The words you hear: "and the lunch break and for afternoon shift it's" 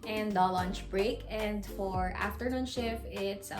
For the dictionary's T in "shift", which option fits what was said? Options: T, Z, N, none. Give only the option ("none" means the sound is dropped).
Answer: none